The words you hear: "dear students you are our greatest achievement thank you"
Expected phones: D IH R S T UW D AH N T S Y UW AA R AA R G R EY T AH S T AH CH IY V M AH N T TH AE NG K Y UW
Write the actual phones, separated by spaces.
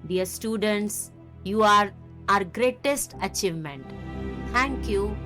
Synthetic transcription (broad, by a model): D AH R S T UW D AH N T S Y UW AA R AA R G R EY T AH S T AH CH IY V M AH N T T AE NG K Y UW